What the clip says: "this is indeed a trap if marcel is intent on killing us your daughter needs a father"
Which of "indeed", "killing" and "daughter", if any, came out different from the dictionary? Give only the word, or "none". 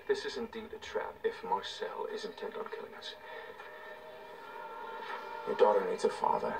none